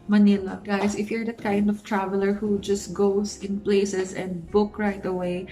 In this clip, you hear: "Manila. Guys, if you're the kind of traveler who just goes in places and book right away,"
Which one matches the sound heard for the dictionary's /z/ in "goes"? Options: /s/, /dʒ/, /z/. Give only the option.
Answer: /s/